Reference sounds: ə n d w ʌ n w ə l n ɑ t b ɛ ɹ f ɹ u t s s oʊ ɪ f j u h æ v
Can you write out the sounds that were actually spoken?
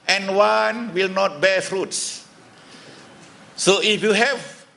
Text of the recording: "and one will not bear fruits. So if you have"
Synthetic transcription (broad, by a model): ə n w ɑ n w ə l n ɑ t b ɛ f ɹ u t s s oʊ ɪ f j u h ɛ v